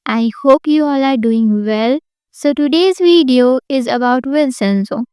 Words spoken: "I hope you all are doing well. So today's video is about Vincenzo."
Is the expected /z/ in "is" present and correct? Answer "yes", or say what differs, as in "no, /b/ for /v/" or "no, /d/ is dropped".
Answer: yes